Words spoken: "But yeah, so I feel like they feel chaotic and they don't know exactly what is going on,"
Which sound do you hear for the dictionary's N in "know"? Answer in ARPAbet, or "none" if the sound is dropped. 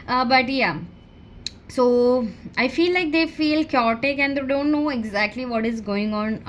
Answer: N